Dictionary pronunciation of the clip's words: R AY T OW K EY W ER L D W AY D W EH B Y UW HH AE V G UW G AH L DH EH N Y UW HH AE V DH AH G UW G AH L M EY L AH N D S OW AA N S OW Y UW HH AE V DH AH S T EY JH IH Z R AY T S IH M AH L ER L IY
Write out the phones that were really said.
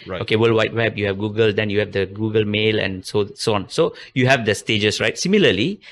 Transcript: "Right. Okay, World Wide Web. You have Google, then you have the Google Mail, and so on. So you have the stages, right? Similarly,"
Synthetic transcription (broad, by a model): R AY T OW K EY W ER L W AY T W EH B Y UW HH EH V G UW G AH L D EH N Y UW HH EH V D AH G UW G AH L M EY L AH N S S OW AA N S OW Y UW HH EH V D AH S T EY JH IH S R AY T S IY M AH L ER L IY